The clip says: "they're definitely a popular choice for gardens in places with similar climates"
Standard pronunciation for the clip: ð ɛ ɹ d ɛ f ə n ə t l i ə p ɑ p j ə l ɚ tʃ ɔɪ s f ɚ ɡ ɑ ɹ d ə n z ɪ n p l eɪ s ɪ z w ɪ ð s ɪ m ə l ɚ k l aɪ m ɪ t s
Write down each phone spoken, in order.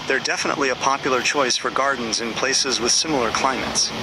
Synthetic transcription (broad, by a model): ð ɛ ɹ d ɛ f ə n ə t l i ə p ɑ p j l ɚ tʃ ɔɪ s f ɚ ɡ ɑ ɹ d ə n z ɪ n p l eɪ s ɪ z w ɪ ð s ɪ m l ɚ k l aɪ m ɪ t s